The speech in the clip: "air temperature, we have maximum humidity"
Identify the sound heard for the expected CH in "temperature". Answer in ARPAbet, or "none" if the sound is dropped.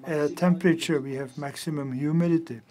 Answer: CH